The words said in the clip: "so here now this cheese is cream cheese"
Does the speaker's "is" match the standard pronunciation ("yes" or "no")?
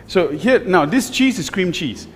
no